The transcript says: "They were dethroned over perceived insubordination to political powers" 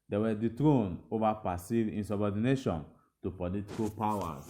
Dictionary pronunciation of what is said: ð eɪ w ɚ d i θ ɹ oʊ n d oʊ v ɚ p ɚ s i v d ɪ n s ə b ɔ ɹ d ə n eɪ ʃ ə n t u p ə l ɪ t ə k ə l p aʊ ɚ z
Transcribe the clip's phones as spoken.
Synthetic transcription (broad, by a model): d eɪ w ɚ d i t ɹ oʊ n oʊ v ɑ p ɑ s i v ɪ n s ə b ɔ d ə n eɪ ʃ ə n t u p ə l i t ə k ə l p aʊ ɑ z